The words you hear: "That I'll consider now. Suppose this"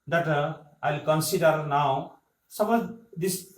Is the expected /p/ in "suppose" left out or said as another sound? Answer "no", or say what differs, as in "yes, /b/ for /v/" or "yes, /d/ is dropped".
yes, /b/ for /p/